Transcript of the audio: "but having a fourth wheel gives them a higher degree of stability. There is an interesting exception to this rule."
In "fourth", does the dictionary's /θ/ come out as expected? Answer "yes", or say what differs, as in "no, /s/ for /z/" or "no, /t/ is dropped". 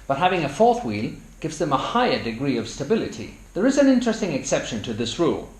yes